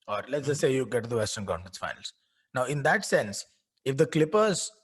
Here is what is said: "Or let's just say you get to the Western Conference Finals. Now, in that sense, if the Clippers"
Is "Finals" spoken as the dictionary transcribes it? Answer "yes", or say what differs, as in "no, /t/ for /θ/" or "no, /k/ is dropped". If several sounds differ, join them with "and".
no, /n/ is dropped